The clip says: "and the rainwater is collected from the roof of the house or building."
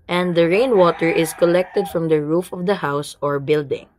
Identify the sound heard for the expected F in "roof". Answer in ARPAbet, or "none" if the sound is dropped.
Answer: F